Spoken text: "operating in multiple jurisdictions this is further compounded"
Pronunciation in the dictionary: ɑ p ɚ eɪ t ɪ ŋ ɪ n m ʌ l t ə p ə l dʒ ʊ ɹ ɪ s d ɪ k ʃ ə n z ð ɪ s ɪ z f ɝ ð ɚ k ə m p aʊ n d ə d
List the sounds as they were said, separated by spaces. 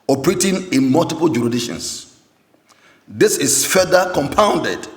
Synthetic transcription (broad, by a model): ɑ p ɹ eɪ t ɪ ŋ ɪ n m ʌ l t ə p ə l dʒ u ɹ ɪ d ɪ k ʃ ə n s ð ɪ s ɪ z f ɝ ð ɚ k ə m p aʊ n d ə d